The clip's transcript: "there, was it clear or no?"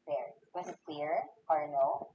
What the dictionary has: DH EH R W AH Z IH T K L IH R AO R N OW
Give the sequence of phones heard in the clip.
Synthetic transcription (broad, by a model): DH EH R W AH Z IH T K W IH R AO R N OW